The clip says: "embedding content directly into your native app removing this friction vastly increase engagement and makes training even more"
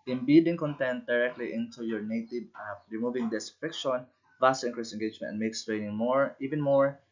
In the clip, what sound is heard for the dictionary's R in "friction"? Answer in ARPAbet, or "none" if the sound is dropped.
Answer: none